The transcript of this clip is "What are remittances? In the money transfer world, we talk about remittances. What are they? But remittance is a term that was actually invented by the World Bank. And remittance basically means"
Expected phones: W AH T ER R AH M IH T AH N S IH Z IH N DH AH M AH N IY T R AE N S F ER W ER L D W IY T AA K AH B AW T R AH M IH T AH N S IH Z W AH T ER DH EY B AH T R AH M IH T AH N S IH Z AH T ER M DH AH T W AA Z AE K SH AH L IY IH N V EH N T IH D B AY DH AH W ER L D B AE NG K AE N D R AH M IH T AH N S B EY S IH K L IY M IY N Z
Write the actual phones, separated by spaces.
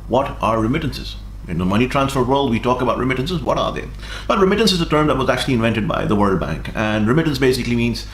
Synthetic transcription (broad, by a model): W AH T ER R AH M IH T AH N S IH Z IH N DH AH M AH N IY T R AE N S F ER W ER L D W IY T AA K AH B AW T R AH M IH T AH N S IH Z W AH T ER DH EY B AH T R AH M IH T AH N S IH Z AH T ER M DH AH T W AA Z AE K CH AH L IY IH N V EH N T IH D B AY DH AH W ER L D B AE NG K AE N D R AH M IH T AH N S B EY S IH K L IY M IY N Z